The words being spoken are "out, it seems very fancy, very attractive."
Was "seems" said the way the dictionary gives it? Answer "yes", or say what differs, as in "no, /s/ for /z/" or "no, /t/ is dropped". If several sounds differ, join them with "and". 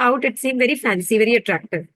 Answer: no, /z/ is dropped